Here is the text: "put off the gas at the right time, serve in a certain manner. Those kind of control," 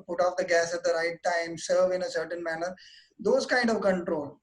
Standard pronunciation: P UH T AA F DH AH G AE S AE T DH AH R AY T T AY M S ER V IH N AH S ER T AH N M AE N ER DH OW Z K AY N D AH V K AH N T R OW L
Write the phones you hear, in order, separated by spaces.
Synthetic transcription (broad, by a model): P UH T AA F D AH G AE S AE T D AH R AY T T AY M S ER V IH N AH S ER T AH N M AE N ER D OW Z K AY N D AH V K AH N T R OW L